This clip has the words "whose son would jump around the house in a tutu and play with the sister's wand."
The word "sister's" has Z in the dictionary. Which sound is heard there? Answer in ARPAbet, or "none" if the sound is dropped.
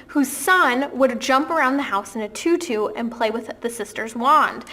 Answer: Z